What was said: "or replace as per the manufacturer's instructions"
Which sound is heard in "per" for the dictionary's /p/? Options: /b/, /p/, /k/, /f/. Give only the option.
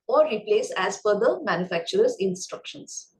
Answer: /f/